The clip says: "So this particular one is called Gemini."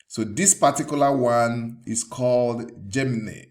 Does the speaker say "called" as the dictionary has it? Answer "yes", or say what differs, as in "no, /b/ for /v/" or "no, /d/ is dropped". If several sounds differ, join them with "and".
yes